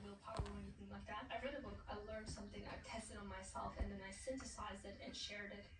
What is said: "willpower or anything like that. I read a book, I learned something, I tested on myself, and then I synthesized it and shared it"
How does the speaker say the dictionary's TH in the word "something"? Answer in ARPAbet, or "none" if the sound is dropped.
TH